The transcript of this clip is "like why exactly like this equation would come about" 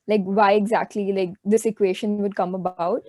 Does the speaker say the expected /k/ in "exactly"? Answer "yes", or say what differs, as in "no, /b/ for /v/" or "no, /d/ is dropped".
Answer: yes